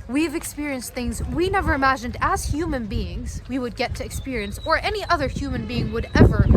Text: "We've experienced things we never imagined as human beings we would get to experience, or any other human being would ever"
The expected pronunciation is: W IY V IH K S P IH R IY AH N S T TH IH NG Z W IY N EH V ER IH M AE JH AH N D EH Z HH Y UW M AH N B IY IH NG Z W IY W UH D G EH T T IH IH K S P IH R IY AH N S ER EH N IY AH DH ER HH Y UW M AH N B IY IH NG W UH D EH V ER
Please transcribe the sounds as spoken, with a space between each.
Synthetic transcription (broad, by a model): W IY V IH K S P IH R IY AH N S T TH IH NG Z W IY N EH V ER IH M AE JH AH N D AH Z HH Y UW M AH N B IY IH NG Z W IY W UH D G EH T T IH IH K S P IH R IY AH N S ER EH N IY AH DH ER HH Y UW M AH N B IY IH NG W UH D EH V ER